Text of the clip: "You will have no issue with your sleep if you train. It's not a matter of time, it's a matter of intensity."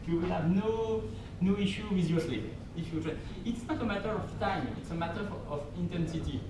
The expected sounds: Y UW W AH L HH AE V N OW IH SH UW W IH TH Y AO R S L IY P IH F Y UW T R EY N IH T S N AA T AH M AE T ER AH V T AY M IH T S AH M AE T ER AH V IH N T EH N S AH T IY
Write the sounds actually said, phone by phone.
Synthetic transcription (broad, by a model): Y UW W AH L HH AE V N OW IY SH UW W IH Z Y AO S L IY IH F Y UW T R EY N IH T S N AA T AH M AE T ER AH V T AY M IH T S AH M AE T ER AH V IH N T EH N S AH T IY